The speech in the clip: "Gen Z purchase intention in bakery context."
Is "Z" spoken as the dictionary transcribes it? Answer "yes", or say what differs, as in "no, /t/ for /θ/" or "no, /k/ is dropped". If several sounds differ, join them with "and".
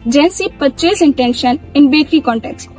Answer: no, /s/ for /z/